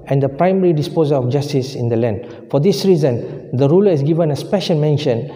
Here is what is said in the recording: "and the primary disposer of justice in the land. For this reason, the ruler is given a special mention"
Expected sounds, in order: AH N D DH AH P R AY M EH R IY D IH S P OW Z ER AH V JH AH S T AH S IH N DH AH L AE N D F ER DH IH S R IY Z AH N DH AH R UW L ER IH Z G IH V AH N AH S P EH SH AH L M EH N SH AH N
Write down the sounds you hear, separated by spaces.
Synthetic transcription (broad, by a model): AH N D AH P R AY M EH R IY D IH S P OW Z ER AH F JH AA S T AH S IH N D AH L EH N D F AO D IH S R IY Z AH N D AH R UW L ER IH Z G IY V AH N AH S P EH SH AH L M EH N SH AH N